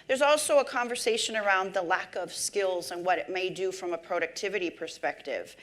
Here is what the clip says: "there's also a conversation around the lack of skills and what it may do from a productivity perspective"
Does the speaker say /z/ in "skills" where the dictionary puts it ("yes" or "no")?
yes